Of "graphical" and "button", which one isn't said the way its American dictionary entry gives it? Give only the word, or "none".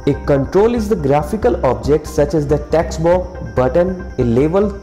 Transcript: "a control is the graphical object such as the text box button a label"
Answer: none